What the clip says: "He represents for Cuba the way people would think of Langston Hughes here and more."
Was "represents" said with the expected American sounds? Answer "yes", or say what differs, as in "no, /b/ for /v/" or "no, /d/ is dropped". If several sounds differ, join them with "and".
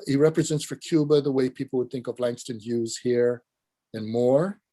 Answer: yes